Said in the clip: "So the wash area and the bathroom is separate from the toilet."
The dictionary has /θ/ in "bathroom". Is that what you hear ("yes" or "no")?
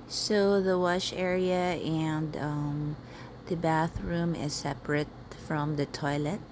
yes